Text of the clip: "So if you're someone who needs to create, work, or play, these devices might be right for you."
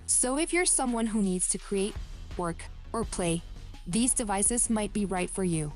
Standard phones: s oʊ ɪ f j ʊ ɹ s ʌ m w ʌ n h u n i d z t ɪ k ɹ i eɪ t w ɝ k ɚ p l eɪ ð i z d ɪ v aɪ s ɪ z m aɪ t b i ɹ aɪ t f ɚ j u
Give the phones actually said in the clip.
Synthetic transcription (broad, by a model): s oʊ ɪ f j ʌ ɹ s ʌ m w ʌ n h u n i d z t ɪ k ɹ i eɪ t w ɝ k ɚ p l eɪ ð i z d ɪ v aɪ s ɪ z m aɪ t b i ɹ aɪ t f ɚ j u